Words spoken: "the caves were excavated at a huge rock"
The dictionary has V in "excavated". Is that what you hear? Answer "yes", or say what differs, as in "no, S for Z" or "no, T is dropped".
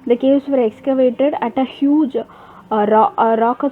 yes